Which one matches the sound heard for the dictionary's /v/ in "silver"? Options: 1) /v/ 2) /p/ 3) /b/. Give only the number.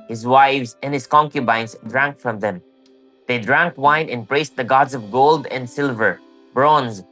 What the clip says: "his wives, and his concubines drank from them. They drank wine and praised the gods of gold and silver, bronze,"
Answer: 1